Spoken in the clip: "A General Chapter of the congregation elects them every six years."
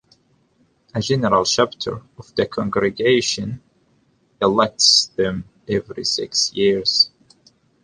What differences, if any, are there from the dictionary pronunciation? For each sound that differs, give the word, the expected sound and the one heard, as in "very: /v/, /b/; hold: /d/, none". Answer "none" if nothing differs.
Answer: chapter: /tʃ/, /ʃ/